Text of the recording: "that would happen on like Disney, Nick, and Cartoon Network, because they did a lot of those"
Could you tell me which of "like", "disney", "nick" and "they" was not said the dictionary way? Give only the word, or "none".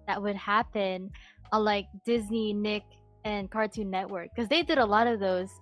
none